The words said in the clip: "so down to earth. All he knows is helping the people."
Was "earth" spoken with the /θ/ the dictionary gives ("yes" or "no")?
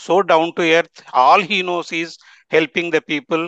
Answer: no